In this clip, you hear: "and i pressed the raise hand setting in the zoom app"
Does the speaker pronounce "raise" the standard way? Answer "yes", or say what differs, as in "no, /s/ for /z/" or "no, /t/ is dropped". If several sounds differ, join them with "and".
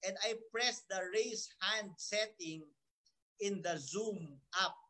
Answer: no, /s/ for /z/